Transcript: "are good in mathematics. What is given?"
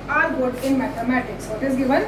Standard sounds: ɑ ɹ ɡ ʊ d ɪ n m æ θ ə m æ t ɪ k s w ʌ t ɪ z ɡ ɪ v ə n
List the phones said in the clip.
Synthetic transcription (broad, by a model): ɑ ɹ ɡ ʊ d ɪ n m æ t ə m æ t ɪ k s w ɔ t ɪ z ɡ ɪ v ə n